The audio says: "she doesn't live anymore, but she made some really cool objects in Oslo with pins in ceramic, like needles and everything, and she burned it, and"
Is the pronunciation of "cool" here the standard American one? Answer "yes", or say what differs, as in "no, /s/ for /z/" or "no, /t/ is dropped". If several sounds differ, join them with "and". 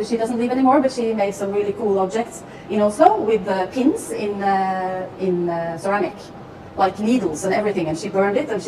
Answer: yes